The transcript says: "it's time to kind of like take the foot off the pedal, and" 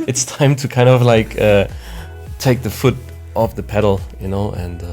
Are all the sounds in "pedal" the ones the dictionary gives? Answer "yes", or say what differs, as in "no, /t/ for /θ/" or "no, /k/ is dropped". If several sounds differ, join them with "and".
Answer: no, /n/ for /l/